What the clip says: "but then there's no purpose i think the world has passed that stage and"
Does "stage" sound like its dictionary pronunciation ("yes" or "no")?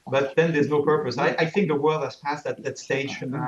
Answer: no